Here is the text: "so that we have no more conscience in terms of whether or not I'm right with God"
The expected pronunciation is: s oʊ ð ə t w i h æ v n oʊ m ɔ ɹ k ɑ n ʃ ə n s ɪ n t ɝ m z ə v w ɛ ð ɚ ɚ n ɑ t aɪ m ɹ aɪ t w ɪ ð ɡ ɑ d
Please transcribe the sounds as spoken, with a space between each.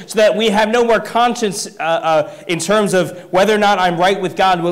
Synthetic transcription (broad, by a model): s oʊ ð ə t w i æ v n oʊ m ɔ ɹ k ɑ n ʃ ə n s ɪ n t ɝ m z ə v w ɛ ð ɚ ɚ n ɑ t aɪ m ɹ aɪ t w ɪ ð ɡ ɑ d